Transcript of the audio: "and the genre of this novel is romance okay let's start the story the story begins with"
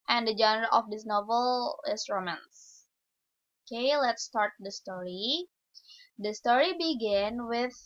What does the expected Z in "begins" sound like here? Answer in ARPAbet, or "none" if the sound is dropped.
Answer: none